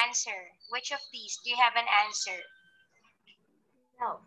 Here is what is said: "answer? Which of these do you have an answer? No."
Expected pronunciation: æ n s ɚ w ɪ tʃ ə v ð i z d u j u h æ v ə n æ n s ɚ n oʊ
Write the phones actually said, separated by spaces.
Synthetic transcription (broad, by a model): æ n s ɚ w ɪ tʃ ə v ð i s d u j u h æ v ə n æ n s ɚ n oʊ